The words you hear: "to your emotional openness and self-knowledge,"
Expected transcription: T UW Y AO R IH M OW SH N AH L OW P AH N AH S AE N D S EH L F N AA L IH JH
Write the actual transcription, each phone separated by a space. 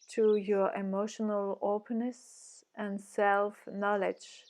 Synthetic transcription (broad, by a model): T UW Y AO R IH M OW SH N AH L OW P AH N AH S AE N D S EH L F N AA L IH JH